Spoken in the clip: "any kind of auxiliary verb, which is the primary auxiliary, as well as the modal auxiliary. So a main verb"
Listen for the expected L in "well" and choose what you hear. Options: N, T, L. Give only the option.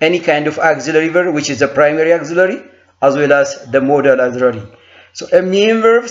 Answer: L